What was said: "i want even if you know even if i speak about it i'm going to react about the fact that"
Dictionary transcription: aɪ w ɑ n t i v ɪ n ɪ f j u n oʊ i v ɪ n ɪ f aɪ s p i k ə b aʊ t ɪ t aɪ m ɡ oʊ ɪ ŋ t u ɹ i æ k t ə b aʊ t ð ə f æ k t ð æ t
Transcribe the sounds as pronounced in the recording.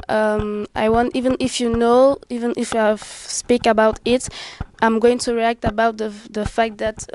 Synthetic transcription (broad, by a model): aɪ w ɑ n t i v ɪ n ɪ f j u n oʊ i v ɪ n ɪ f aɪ s p i k ə b aʊ t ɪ t aɪ m ɡ oʊ ɪ ŋ t u ɹ i æ k t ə b aʊ t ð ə f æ k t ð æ t